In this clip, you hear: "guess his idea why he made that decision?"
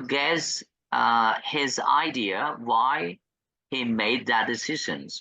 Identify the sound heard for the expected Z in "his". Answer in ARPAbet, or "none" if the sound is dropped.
Z